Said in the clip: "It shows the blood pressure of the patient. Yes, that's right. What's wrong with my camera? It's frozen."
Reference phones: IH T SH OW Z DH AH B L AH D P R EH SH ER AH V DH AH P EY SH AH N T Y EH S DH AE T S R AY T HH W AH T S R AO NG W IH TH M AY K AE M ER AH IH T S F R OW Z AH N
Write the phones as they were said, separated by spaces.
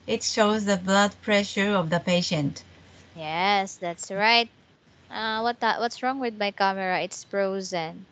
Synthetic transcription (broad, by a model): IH T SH OW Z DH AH B L AH D P R EH SH ER AH V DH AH P EY SH AH N T Y EH S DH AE T S R AY T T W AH T S R AO NG W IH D M AY K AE M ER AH IH T S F R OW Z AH N